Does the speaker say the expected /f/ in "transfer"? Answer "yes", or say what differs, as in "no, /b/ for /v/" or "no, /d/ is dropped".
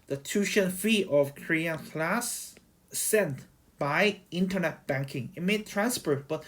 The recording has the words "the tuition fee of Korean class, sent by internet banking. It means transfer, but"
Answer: no, /p/ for /f/